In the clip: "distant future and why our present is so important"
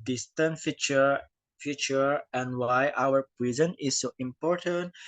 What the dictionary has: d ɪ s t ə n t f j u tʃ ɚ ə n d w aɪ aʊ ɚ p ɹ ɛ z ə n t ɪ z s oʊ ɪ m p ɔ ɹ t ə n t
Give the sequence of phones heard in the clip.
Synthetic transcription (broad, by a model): d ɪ s t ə n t f j u tʃ ɚ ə n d w aɪ aʊ ɚ p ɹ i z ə n ɪ s oʊ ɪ m p ɔ ɹ t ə n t